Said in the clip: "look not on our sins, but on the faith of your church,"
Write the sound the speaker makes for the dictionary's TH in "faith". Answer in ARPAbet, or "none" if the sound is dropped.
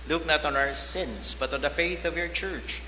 TH